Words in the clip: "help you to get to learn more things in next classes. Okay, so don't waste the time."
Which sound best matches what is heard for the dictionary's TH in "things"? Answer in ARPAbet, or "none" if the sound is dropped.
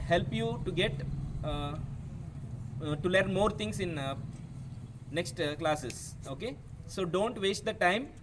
T